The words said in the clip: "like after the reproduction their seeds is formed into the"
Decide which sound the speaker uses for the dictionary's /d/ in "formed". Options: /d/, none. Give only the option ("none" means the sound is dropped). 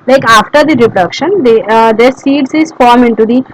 none